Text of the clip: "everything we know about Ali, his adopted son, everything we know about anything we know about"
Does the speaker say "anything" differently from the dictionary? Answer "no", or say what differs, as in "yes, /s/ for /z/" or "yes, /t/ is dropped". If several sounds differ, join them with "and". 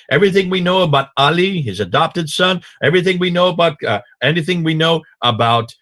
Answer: no